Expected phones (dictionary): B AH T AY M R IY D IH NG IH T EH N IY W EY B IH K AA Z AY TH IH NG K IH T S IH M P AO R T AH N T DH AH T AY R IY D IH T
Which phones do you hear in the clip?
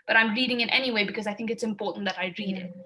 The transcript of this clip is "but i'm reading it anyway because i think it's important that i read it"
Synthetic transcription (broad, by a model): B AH T AY M R IY D IH NG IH T EH N IY W EY B IH K AA Z AY TH IH NG K IH T S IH M P AO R T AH N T DH AH T AY R IY D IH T